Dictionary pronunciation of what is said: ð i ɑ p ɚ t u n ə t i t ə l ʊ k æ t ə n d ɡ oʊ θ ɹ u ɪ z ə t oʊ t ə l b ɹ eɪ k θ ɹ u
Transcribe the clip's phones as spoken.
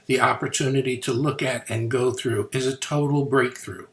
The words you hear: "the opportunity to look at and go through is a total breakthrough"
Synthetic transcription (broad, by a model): ð i ɑ p ɚ t u n ə t i t ə l ʊ k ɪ t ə n ɡ oʊ θ ɹ u ɪ z ə t oʊ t l b ɹ eɪ k θ ɹ u